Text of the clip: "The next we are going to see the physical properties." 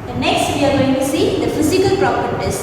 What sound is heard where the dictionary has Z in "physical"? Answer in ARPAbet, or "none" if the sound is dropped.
S